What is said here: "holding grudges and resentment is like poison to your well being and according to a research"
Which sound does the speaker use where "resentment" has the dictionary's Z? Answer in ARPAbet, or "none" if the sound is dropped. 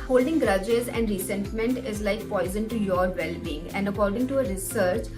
S